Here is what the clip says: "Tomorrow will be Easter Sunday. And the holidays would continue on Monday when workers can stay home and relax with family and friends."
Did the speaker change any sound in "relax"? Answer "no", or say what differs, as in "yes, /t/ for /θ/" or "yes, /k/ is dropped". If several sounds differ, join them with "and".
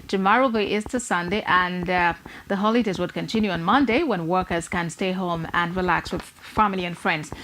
no